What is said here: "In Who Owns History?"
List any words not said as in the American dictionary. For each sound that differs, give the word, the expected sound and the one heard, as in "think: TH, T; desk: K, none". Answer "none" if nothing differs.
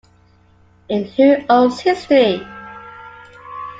owns: N, none